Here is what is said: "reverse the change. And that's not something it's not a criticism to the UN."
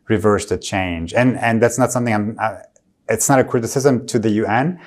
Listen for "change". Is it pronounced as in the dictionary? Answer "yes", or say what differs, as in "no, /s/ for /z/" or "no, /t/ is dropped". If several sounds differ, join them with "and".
yes